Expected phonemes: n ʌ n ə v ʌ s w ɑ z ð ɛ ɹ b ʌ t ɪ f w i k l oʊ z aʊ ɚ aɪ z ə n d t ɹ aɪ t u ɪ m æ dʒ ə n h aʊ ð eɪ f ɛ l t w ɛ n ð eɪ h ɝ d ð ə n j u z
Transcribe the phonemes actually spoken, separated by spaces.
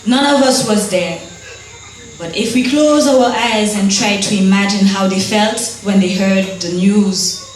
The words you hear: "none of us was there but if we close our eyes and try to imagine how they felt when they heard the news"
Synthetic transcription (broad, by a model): n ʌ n ə v ʌ s w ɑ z ð ɛ ɹ b ʌ t ɪ f w i k l oʊ z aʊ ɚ aɪ z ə n t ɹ aɪ t u ɪ m æ dʒ ə n h aʊ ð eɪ f ɛ l t w ɛ n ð eɪ h ɝ d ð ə n j u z